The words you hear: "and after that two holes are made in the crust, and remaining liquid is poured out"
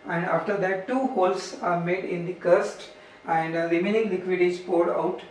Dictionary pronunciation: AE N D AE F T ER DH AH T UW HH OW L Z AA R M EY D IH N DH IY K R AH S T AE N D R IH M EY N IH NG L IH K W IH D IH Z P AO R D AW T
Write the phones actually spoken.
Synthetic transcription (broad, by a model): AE N D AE F T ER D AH T UW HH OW L S AA R M EY D IH N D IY K AH S T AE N D L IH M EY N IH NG L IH K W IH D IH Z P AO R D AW T